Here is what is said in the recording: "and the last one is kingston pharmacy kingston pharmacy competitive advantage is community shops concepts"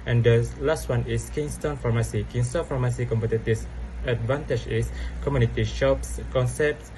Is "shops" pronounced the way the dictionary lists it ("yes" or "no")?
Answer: yes